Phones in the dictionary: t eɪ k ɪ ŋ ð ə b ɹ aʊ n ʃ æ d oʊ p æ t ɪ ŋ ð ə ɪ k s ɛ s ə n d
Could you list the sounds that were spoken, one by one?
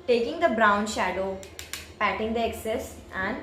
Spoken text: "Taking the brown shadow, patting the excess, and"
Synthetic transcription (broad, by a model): t eɪ k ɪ ŋ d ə b ɹ aʊ n ʃ æ d oʊ p æ t ɪ ŋ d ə ɪ k s ɛ s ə n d